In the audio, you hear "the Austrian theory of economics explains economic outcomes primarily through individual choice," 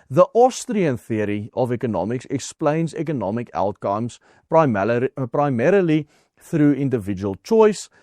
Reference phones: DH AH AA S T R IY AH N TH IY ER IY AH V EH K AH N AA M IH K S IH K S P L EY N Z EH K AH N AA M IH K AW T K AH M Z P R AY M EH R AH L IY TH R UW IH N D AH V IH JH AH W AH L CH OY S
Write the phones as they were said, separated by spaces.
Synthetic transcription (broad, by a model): DH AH AA S T R IY AH N TH IY ER IY AH V EH K AH N AA M IH K S IH K S P L EY N Z EH K AH N AA M IH K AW T K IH M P P R AY M EH R AH L IY TH R UW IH N D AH V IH JH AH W AH L CH OY S